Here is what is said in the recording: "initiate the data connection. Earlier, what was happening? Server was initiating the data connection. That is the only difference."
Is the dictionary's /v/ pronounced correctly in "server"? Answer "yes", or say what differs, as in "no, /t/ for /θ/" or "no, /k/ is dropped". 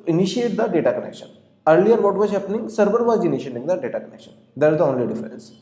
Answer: no, /b/ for /v/